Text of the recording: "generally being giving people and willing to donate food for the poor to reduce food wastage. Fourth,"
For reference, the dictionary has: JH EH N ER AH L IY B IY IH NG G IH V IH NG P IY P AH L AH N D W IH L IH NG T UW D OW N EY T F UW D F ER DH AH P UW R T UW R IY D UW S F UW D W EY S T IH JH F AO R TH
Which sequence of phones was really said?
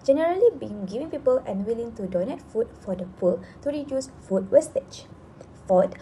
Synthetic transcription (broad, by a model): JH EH N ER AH L IY B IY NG G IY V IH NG P IY P AH L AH N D W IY L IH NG T UW D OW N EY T F UW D F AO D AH P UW L T UW R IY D UW S F UW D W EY S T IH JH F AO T